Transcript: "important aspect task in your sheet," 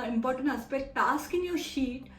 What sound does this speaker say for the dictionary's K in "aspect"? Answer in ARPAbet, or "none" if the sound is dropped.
none